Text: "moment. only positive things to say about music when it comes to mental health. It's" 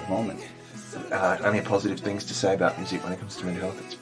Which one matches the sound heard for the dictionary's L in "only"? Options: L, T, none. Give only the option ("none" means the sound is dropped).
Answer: none